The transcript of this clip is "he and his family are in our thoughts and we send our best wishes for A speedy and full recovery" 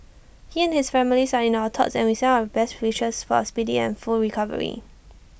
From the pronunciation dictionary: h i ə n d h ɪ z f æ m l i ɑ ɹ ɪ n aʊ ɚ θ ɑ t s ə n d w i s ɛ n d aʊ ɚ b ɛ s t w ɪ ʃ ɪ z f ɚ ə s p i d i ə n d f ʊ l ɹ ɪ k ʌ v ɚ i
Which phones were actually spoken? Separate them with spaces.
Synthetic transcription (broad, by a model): h i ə n h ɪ s f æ m l i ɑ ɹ ɪ n aʊ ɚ t ɑ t s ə n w i s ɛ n aʊ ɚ b ɛ s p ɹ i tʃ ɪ s f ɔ ə s p i d i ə n f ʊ l ɹ ɪ k ʌ v ɚ i